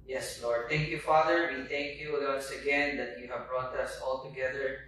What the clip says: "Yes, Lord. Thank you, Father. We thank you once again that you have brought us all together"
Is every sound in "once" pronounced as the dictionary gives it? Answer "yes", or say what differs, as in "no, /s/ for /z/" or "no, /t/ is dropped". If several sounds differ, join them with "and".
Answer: no, /n/ is dropped